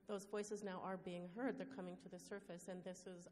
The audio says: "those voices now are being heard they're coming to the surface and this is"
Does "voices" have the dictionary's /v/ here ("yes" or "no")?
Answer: yes